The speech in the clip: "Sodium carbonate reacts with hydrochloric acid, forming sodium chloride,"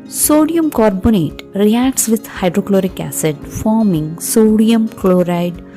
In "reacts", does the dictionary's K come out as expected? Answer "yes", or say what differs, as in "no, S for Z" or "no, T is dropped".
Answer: yes